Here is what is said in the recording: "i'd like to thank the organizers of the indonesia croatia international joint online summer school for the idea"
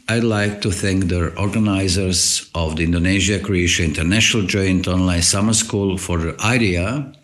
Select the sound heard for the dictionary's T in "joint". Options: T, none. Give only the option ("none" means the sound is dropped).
T